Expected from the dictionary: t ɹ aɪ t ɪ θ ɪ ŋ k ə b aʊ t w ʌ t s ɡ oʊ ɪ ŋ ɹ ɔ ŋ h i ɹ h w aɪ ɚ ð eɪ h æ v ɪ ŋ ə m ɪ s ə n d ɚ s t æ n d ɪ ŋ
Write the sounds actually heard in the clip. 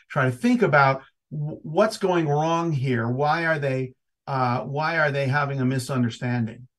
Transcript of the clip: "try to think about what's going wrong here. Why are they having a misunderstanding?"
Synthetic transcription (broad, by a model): t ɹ aɪ t ɪ θ ɪ ŋ k ə b aʊ t w ʌ t s ɡ oʊ ɪ ŋ ɹ ɔ ŋ h i ɹ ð w aɪ ɚ ð eɪ h æ v ɪ ŋ ə m ɪ s ə n d ɚ s t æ n d ɪ ŋ